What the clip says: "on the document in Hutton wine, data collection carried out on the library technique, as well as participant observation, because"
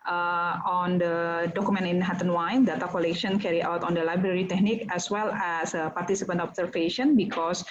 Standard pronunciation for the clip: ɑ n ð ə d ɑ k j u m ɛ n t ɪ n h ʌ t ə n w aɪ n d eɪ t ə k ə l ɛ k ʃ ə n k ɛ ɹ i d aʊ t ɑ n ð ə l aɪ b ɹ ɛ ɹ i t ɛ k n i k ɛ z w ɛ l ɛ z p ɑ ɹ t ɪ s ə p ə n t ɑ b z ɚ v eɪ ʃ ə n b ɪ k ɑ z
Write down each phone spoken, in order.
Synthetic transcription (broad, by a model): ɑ n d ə d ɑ k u m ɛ n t ɪ n h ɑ t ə n w aɪ n d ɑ t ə k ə l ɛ k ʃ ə n k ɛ ɹ i aʊ t ɑ n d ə l aɪ b ɹ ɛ ɹ i t ɛ k n i k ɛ s w ɛ l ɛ s p ɑ ɹ t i s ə p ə n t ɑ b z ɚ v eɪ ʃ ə n b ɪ k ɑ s